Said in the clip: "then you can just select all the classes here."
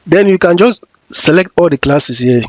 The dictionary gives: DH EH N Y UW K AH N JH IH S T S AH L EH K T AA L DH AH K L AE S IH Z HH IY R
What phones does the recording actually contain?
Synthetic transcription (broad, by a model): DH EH N Y UW K AH N JH IH S T S AH L EH K T AA L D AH K L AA S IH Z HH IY